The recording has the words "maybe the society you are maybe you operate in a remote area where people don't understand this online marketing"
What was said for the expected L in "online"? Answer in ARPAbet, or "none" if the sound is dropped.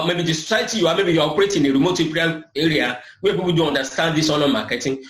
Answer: none